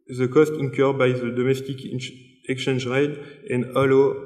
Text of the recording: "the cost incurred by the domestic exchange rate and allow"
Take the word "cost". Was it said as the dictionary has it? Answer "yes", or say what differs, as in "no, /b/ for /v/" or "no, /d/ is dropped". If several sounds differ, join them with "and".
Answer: yes